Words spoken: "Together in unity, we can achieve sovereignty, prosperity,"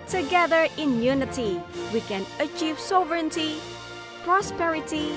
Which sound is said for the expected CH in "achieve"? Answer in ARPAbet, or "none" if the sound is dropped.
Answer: CH